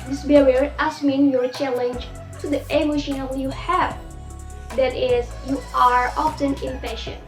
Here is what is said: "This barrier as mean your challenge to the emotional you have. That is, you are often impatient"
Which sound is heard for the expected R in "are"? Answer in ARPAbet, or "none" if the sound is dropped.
R